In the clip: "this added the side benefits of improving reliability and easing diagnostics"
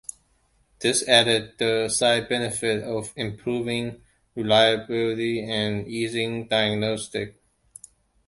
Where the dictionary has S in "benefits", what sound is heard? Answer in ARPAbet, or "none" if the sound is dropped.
none